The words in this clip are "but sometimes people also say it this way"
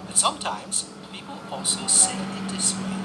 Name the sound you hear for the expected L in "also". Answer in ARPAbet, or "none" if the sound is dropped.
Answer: none